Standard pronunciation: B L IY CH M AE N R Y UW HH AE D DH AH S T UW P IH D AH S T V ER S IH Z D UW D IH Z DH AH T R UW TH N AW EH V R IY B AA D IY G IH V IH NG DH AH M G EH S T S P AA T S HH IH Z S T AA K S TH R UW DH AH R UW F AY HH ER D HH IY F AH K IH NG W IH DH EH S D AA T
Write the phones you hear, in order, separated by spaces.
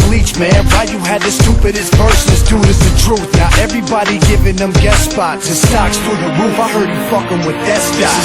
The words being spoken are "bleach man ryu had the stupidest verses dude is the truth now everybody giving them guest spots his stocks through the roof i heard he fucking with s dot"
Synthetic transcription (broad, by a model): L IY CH M AE N W Y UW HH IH D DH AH S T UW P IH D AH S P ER S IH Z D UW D IH Z DH AH T R UW TH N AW EH V R IY B AA D IY G IH V IH NG DH AH M G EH T S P AA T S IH S T AA K S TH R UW DH AH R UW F AY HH ER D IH F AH K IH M W IH DH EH S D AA